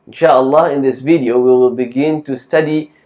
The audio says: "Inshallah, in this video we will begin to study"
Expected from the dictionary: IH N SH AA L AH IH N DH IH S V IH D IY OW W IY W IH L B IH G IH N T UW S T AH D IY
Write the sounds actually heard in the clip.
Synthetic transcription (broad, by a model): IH N SH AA L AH IH N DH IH S V IH D IY OW W IY W IH L B IH G IH N T UW S T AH D IY